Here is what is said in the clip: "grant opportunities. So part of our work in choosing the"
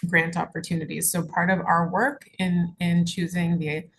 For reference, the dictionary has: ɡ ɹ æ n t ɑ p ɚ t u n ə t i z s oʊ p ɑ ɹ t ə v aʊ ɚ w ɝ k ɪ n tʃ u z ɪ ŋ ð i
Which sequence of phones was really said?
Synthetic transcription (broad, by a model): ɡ ɹ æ n t ɑ p ɚ t u n ə t i z s oʊ p ɑ ɹ t ə v aʊ ɚ w ɝ k ɪ n tʃ u z ɪ ŋ ð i